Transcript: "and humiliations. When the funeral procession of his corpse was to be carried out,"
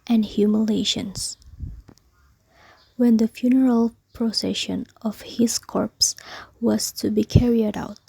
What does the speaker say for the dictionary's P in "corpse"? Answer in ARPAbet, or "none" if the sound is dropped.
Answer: P